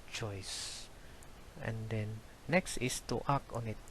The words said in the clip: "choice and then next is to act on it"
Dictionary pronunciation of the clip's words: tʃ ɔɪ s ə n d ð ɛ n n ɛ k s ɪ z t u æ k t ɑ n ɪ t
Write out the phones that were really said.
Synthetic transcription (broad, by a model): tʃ ɔɪ s ə n d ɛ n n ɛ k s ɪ s t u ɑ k ɑ n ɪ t